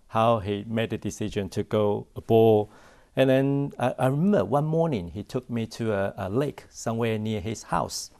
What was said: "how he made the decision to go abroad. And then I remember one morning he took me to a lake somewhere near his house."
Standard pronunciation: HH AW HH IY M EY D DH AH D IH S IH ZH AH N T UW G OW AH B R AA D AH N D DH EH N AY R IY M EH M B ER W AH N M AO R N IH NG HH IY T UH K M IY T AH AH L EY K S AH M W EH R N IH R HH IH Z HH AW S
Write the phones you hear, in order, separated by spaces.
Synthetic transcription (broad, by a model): HH AW HH IY M EY D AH D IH S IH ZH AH N T UW G OW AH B AA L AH N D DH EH N AY R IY M EH M B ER W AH N M AO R N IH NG HH IY T UH K M IY T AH AH L EY K S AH M W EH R N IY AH HH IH S HH AW S